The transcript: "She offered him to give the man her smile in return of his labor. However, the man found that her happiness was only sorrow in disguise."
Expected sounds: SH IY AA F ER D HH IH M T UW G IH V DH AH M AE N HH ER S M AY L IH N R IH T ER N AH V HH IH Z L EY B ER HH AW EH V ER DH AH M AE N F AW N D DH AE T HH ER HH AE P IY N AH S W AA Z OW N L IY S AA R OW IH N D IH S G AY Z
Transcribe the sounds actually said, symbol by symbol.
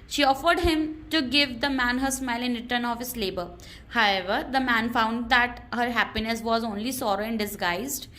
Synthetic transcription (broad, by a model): SH IY AA F ER D HH IH M T UW G IH V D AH M AE N HH ER S M AY L IH N R IH T ER N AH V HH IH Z L EY B ER HH AW EH V ER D AH M AE N F AW N D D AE T HH ER HH AE P IY N AH S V AA Z OW N L IY S AA R OW IH N D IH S G AY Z